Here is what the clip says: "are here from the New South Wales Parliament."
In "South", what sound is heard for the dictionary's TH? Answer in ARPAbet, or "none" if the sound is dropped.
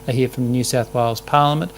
TH